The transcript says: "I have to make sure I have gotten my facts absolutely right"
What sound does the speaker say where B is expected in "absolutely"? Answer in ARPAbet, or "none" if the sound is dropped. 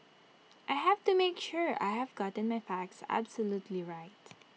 B